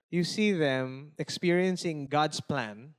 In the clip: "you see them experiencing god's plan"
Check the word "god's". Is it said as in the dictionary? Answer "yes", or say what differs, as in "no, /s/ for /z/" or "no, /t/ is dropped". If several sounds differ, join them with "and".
no, /s/ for /z/